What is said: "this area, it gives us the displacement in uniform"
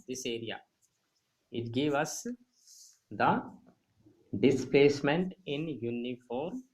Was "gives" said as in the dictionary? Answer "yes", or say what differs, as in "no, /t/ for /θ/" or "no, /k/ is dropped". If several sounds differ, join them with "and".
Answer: no, /z/ is dropped